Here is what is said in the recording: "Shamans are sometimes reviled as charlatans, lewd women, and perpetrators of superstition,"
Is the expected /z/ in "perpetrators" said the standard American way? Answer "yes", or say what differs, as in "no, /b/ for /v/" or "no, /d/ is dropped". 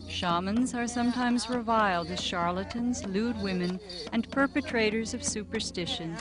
yes